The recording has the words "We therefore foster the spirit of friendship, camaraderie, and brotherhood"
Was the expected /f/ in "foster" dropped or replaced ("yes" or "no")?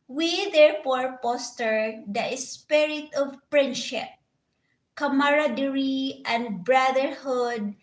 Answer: yes